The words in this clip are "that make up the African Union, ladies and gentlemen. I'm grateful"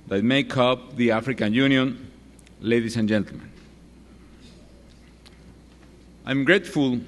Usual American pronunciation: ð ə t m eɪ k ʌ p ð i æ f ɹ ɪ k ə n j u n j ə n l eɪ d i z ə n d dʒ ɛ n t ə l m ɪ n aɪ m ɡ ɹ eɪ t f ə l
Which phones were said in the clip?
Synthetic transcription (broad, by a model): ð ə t m eɪ k ʌ p ð i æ f ɹ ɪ k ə n j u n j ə n l eɪ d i s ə n dʒ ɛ n t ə l m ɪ n aɪ m ɡ ɹ eɪ t f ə l